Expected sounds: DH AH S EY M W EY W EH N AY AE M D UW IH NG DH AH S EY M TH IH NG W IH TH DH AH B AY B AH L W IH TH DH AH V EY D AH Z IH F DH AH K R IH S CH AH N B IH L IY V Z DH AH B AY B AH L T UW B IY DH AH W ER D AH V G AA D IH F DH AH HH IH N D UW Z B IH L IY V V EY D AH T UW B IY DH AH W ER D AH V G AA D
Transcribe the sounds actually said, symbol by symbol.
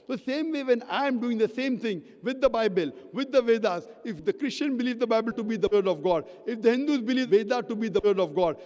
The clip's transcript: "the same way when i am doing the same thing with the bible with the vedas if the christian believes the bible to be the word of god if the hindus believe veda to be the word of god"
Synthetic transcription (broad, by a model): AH S EY M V EY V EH N AY M D UW IH NG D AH S EY M T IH NG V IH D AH B AY B AH L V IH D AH V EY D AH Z IH F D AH K R IH S CH AH N B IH L IY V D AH B AY B AH L T UW B IY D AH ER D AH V G AA D IH F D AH HH IH N D UW Z B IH L IY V V EY D AH T UW B IY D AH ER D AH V G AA D